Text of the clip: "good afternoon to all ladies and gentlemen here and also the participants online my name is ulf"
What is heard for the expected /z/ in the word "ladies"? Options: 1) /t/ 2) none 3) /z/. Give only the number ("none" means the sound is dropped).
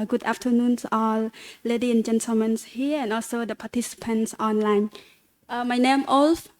2